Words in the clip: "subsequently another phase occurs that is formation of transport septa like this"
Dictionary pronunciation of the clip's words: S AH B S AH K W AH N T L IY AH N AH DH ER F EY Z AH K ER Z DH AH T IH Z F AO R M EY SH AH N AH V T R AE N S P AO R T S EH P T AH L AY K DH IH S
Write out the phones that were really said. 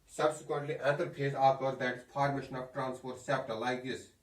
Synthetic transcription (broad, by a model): S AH B S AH K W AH N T L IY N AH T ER P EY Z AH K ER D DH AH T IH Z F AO R M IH SH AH N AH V T R AE N S P AO R T S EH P T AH L AY K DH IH S